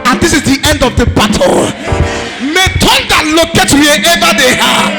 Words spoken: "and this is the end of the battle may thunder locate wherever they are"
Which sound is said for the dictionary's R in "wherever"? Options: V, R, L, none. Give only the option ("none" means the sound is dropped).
none